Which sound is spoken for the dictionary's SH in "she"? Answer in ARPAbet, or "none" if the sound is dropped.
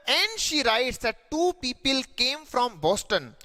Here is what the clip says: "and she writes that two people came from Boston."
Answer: SH